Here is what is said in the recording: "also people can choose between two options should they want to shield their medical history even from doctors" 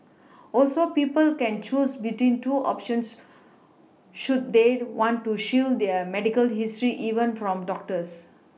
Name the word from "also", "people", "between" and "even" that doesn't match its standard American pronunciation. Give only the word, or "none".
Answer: none